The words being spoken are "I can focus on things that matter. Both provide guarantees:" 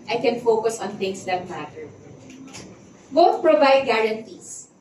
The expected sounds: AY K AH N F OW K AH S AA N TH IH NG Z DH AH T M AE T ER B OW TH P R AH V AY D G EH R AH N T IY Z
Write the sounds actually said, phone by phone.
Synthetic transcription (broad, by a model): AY K AH N F OW K AH S AA N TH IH NG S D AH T M AE T ER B OW T P R AH V AY D G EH R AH N T IY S